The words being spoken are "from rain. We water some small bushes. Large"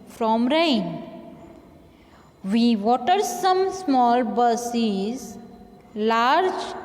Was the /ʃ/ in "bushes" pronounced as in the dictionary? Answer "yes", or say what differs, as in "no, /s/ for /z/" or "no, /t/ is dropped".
no, /s/ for /ʃ/